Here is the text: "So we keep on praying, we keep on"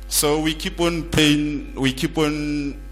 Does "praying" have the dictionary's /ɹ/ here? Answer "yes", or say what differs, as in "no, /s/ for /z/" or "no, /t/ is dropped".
no, /ɹ/ is dropped